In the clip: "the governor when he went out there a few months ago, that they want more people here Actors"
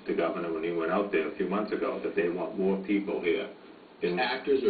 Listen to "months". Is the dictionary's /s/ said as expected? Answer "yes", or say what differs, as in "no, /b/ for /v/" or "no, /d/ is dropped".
yes